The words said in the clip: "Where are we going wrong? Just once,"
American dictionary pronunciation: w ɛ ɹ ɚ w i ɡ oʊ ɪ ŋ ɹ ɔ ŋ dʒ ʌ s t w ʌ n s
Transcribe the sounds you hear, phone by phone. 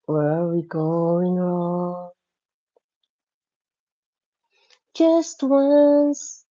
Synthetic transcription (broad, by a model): w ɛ ɹ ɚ w i ɡ oʊ ɪ ŋ ɹ ɔ ŋ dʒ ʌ s t w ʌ n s